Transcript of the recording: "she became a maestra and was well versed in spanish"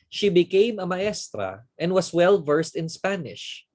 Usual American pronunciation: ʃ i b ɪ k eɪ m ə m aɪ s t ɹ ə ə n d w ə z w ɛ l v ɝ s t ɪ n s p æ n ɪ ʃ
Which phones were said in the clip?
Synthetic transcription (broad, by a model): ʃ i b ɪ k eɪ m ə m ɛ s t ɹ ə ə n d w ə s w ɛ l v ɝ s t ɪ n s p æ n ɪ ʃ